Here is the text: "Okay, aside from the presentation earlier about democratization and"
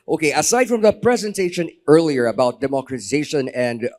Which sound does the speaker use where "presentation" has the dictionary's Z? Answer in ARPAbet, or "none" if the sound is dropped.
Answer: Z